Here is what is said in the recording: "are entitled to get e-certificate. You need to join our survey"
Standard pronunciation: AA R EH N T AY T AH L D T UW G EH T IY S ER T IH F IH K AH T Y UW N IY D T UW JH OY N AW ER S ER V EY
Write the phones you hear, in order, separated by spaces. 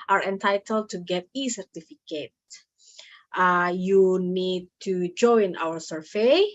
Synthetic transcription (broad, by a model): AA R EH N T AY T AH L D T UW G EH T IY S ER T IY F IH K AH T Y UW N IY D T UW JH OY N AW ER S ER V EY